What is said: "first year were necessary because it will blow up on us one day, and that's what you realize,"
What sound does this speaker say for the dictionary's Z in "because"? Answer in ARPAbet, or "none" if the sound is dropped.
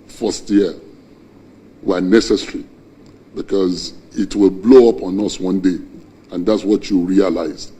Z